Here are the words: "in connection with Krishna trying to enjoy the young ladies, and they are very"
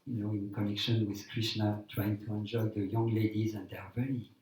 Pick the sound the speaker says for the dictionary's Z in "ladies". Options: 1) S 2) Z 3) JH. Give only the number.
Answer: 2